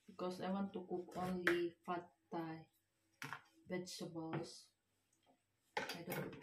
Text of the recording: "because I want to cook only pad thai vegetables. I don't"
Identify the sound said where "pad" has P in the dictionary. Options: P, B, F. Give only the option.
F